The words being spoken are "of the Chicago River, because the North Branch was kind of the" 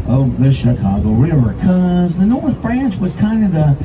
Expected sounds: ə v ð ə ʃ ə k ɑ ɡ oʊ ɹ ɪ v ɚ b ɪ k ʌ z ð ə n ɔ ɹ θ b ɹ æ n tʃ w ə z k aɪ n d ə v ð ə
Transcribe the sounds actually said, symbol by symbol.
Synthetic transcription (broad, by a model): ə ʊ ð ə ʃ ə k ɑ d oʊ ɹ ɪ v ɚ k ʌ z ð ə n ɔ ɹ θ b ɹ æ n tʃ w ə z k aɪ n d ə v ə